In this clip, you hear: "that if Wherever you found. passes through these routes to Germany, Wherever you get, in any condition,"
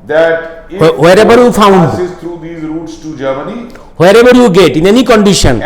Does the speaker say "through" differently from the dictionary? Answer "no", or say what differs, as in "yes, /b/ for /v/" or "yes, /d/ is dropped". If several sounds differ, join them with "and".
yes, /t/ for /θ/